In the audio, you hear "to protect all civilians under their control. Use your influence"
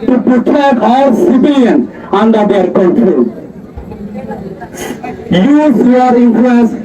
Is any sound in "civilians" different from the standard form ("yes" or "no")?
yes